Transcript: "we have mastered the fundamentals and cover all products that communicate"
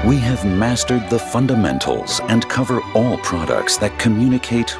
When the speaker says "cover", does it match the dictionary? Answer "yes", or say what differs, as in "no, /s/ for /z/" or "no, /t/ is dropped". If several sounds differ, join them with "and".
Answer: yes